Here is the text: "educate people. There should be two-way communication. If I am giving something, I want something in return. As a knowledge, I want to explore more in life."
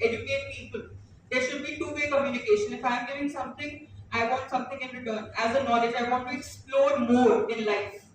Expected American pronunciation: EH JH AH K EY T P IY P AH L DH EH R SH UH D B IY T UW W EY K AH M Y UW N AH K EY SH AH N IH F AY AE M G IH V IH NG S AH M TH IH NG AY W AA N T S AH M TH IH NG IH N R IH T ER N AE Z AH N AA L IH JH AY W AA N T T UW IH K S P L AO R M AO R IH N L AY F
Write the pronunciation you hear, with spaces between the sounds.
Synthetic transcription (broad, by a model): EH JH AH K EY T P IY P AH L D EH R SH UH D B IY T UW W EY K AH M Y UW N AH K EY SH AH N IH F AY M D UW IH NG S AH M T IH NG AY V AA N T S AH M T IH NG IH N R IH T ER N AE Z AH N AA L IH JH AY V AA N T T UW IH K S P L AO R M AO R IH N L AY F